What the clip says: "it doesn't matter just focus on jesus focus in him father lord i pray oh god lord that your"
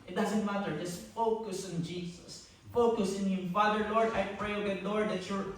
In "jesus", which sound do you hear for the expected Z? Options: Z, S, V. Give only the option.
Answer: S